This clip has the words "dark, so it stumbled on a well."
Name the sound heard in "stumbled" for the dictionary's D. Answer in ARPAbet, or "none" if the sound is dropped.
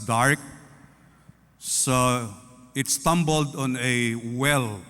D